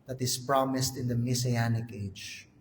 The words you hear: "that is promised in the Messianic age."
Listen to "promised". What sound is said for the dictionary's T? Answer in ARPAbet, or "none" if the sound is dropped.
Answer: T